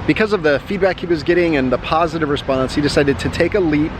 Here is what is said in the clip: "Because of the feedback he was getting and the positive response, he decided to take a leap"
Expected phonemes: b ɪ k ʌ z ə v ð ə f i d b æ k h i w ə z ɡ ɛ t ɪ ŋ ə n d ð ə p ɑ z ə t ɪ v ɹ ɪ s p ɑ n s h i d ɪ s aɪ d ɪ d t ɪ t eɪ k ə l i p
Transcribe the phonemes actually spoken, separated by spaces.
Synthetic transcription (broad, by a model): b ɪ k ʌ z ə v ð ə f i d b æ k h i w ə z ɡ ɛ t ɪ ŋ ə n ð ə p ɑ z ə t ɪ v ɹ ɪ s p ɑ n s h i d ɪ s aɪ d ɪ d t ɪ t eɪ k ə l i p